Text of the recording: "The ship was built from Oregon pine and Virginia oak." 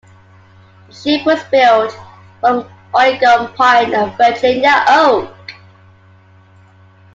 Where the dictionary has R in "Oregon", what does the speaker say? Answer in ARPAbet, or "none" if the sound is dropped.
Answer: none